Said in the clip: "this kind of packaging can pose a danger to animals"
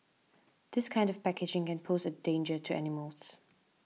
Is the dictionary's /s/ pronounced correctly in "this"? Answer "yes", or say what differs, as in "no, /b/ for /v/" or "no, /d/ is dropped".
yes